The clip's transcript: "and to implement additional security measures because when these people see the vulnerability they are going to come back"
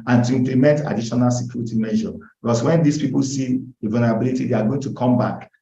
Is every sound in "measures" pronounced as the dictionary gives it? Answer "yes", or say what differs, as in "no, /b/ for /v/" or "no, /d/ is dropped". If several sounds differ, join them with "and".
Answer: no, /z/ is dropped